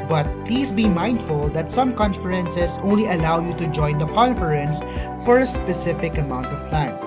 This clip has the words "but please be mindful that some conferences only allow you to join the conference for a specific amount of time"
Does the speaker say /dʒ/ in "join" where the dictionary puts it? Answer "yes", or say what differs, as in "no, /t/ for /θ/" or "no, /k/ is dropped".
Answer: yes